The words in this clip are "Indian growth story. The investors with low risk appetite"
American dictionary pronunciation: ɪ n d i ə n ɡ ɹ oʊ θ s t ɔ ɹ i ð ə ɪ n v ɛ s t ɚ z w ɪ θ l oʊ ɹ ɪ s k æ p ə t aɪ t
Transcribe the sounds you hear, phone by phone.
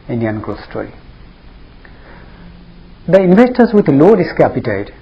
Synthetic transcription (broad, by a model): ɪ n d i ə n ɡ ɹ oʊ s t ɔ l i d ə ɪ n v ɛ s t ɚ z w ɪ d l oʊ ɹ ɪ s k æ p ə t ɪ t